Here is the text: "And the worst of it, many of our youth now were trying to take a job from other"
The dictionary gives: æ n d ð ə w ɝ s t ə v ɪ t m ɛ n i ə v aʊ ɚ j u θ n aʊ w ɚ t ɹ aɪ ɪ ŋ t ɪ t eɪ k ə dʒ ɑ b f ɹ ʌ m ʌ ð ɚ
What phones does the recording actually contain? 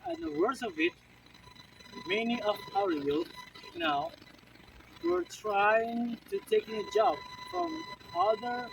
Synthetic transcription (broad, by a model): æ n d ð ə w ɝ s ə v ɪ t m ɛ n i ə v aʊ ɚ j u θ n aʊ w ɚ t ɹ aɪ ɪ ŋ t ɪ t eɪ k ə dʒ ɑ b f ɹ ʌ m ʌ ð ɚ